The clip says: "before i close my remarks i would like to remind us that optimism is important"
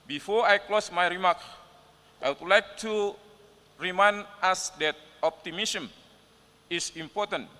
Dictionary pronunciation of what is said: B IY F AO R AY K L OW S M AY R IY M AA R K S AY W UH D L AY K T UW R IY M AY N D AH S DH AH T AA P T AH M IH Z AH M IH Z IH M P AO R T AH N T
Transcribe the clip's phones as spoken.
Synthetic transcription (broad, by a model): B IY F AO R AY K L OW S M AY R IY M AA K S AY W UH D L AY K T UW R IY M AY N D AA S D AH T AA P T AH M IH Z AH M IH S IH M P AO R T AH N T